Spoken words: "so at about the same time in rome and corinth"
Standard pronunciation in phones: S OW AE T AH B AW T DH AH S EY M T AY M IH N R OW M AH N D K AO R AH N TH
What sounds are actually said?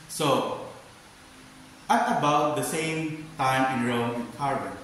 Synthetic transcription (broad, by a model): S OW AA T AH B AW T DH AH S EY M T AY M IH N R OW AH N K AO R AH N